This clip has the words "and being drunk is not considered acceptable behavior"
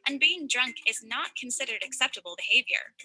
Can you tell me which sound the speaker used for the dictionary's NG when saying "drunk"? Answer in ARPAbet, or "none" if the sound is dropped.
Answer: NG